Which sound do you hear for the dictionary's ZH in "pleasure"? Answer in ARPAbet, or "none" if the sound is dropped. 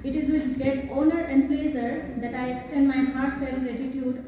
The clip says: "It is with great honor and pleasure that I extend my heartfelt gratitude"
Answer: Z